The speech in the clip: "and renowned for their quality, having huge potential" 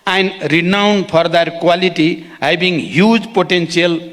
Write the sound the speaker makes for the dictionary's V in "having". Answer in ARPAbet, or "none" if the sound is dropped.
B